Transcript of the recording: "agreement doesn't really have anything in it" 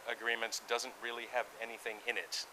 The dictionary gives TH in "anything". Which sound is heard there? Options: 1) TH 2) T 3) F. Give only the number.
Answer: 1